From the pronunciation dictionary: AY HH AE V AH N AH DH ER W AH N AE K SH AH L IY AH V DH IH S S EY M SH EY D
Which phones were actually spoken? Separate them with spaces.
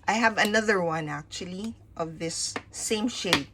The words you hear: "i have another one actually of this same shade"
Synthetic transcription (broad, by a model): AY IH V AH N AH DH ER W AH N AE K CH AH L IY AH V DH IH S S EY M SH EY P